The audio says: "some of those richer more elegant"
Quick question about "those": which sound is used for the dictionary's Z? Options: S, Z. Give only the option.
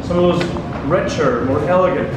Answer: Z